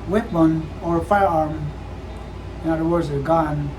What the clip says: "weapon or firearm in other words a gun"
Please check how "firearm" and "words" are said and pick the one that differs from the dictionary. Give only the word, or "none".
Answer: none